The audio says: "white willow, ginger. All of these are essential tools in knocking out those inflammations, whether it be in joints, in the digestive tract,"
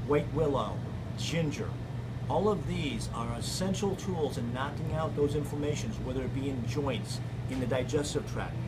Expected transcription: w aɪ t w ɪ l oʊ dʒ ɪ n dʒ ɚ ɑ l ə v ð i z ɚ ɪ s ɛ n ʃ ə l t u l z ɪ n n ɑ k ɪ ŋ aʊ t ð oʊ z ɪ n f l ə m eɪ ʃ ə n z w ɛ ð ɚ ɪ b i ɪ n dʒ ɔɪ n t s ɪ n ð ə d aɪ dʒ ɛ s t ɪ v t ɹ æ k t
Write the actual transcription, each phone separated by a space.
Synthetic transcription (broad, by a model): w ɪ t w ɪ l oʊ dʒ ɪ n dʒ ɚ ɑ l ə v ð i z ɚ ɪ s ɛ n ʃ l t u l z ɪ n n ɑ k ɪ ŋ aʊ t ð oʊ z ɪ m f ə m eɪ ʃ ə n z w ɛ ð ɚ b i ɪ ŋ dʒ ɔɪ n t s ɪ n ð ə d aɪ dʒ ɛ s t ɪ v t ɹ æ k